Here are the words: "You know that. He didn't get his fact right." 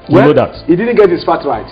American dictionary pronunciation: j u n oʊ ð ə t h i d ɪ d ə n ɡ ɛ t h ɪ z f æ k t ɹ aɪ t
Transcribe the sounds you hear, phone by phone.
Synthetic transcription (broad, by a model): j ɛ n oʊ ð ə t h i d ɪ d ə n ɡ ɛ t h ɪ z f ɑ t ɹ aɪ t